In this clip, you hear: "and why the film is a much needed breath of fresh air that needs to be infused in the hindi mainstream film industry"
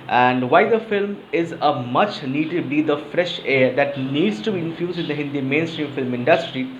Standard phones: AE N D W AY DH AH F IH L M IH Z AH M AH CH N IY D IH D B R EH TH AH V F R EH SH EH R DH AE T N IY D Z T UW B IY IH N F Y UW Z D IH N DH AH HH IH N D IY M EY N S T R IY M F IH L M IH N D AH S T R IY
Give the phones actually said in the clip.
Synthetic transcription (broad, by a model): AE N D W AY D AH F IH L M IH Z AH M AH CH N IY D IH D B IY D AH F R EH SH EH R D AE T N IY D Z T UW B IY IH N F Y UW Z D IH N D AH HH IH N D IY M EY N S T R IY M F IH L M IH N D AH S T R IY